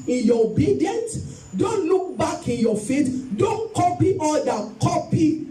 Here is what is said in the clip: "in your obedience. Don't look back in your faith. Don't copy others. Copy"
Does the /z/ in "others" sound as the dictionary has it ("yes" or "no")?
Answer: no